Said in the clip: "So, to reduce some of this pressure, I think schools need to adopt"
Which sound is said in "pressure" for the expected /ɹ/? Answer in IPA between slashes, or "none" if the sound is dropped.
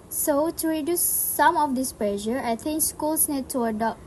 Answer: /l/